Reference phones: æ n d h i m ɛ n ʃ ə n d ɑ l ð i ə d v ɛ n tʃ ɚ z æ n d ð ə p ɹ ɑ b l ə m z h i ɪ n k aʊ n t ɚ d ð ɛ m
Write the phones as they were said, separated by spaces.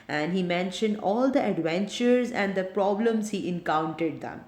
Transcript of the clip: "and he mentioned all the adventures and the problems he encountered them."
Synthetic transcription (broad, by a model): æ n d h i m ɛ n ʃ ə n d ɑ l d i ə d v ɛ n tʃ ɚ z æ n d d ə p ɹ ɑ b l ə m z h i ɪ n k aʊ n t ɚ d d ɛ m